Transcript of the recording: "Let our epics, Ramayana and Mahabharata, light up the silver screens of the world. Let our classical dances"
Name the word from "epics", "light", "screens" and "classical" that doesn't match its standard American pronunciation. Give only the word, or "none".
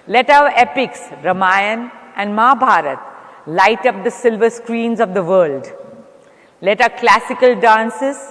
none